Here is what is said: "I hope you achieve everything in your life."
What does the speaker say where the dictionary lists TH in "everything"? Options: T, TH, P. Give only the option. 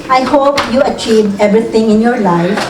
T